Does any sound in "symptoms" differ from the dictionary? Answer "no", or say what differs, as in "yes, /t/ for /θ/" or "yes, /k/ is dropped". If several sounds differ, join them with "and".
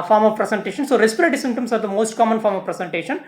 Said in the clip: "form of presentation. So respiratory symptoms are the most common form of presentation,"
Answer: yes, /p/ is dropped and /s/ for /z/